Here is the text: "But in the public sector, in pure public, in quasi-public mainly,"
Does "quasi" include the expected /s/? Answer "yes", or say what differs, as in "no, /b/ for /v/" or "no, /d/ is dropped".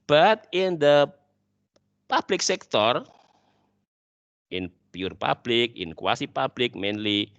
yes